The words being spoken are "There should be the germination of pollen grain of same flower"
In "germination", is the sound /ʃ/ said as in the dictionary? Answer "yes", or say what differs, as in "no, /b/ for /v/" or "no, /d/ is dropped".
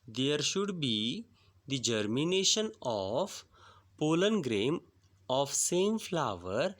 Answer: yes